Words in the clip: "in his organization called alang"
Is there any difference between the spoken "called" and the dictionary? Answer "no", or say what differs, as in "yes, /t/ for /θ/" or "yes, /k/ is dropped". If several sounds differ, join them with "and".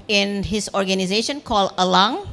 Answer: yes, /d/ is dropped